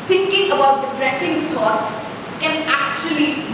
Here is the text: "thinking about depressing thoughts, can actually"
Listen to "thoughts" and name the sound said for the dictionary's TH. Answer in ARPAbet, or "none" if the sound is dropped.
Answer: T